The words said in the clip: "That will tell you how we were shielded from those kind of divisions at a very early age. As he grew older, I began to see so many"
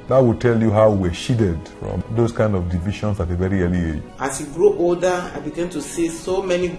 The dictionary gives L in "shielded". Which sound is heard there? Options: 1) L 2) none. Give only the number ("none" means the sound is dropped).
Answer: 2